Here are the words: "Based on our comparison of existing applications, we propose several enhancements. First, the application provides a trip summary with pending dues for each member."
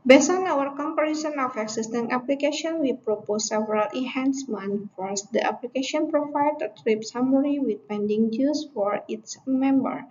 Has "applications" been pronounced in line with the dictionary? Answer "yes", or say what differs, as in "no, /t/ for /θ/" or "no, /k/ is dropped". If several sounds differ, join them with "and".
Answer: no, /z/ is dropped